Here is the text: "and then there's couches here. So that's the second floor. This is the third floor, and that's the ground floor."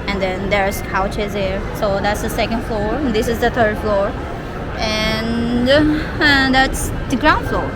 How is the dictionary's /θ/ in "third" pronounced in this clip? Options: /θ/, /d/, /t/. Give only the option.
/t/